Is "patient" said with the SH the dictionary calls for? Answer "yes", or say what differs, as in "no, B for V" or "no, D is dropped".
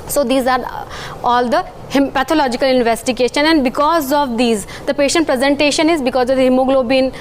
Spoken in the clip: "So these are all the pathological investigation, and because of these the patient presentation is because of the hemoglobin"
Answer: yes